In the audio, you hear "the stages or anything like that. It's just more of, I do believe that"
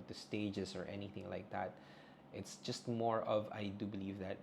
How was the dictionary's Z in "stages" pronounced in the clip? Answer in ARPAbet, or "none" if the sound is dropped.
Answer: S